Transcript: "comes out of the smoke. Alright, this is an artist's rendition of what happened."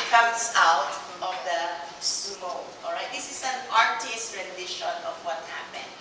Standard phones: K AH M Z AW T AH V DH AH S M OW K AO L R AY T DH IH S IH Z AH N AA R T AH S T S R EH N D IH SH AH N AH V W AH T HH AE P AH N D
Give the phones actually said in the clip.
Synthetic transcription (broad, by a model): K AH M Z AW T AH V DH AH S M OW AO L R AY T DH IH S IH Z AH N AA R T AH S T R EH N D IH SH AH N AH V W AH T HH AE P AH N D